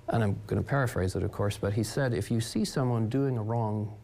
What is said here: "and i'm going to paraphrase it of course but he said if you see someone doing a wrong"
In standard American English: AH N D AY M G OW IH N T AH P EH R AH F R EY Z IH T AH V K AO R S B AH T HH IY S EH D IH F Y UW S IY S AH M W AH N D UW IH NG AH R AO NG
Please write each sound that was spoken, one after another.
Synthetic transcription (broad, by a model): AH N AY M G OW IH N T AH P EH R AH F R EY Z IH T AH V K AO R S B AH T HH IY S EH D IH F Y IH S IY S AH M W AH N D UW IH NG AH R AO NG